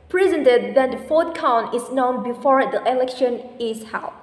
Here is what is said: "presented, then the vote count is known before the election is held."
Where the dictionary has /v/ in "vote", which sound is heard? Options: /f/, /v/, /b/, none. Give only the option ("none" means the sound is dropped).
/f/